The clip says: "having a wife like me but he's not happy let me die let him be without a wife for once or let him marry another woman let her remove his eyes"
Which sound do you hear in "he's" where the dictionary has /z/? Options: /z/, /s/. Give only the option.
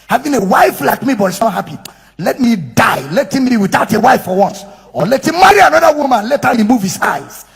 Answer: /s/